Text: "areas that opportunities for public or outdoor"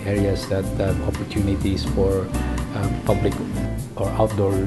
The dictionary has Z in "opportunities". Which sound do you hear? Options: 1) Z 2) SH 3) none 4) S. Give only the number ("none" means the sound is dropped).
4